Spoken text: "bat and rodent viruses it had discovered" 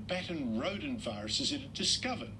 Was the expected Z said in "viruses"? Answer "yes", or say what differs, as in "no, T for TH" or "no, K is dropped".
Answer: yes